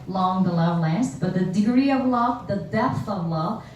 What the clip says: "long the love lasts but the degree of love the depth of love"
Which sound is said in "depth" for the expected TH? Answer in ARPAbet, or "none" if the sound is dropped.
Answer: TH